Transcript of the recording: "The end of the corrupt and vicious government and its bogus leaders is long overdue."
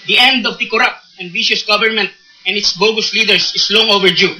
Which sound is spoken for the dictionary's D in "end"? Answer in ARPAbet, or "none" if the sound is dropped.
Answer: D